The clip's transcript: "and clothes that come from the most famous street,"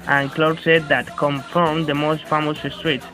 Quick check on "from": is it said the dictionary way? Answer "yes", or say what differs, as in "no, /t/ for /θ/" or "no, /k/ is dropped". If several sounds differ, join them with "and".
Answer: yes